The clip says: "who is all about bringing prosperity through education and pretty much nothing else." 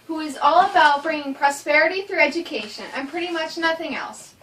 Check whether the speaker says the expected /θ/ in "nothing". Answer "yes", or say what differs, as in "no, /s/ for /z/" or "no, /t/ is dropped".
yes